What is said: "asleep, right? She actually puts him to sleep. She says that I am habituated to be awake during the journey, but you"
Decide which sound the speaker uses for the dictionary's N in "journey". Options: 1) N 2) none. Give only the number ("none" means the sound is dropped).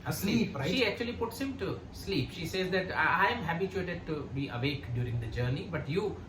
1